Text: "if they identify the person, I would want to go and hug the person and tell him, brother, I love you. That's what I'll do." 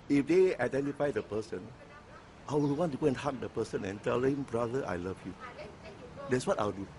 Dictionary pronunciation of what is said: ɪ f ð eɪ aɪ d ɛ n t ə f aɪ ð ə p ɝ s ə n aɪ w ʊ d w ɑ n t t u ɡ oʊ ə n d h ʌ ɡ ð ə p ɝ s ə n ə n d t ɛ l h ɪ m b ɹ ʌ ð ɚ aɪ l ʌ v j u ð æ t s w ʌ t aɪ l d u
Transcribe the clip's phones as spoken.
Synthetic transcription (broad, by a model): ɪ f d eɪ aɪ d ɛ n t ə f aɪ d ə p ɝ s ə n aɪ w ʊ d w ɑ n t t u ɡ oʊ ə n h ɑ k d ə p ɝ s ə n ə n t ɛ l h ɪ m b ɹ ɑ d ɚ aɪ l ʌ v j u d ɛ t s w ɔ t aɪ w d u